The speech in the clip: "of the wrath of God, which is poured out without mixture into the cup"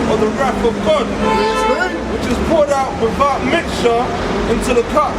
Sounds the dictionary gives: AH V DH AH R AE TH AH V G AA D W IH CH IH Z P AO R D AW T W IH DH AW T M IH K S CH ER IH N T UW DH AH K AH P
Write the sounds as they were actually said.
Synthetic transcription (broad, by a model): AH DH AH R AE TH AH V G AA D W IH CH IH Z P AO R D AW T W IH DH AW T M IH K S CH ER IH N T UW DH AH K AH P